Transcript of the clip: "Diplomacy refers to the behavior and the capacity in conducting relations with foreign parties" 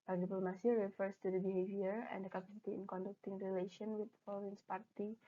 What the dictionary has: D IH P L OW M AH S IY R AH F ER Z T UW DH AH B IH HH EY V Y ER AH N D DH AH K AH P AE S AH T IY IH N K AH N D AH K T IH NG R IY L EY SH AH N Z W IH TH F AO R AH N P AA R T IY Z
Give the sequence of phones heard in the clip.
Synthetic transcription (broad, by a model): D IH P L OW M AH S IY R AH F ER S T UW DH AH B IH HH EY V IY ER AH N D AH K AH P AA S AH T IY IH N K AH N D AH K T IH NG R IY L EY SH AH N W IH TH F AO L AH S P AA R T IY